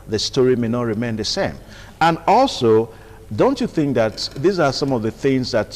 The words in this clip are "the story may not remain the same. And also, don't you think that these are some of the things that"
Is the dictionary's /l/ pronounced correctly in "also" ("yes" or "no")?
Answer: yes